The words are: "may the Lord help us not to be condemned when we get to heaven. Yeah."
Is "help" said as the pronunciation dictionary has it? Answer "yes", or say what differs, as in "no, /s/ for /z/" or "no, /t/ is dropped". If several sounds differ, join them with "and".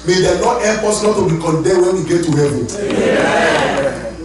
no, /l/ is dropped